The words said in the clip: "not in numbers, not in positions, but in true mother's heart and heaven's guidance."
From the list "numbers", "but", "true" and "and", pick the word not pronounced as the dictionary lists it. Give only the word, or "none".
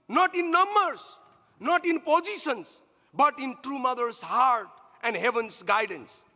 numbers